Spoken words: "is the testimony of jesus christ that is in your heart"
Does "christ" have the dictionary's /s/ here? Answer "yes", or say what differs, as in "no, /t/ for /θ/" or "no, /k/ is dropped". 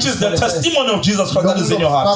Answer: no, /s/ is dropped